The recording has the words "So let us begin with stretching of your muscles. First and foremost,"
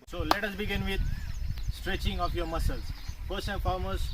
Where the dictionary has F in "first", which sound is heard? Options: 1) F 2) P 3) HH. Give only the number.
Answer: 2